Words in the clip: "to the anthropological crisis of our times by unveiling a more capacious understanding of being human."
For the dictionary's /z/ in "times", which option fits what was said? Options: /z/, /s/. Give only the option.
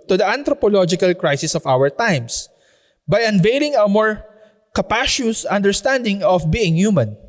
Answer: /s/